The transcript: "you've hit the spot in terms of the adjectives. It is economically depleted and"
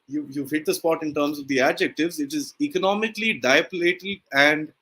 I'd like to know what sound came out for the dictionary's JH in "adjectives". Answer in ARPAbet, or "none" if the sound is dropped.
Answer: JH